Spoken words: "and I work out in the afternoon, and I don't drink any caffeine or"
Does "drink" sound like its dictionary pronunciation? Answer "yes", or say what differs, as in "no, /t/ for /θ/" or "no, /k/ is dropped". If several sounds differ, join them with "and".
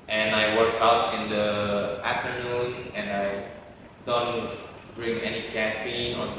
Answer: no, /k/ is dropped